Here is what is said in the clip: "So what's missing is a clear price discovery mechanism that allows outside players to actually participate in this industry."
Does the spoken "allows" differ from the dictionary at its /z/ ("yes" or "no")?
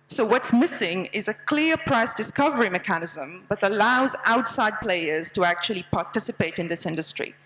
no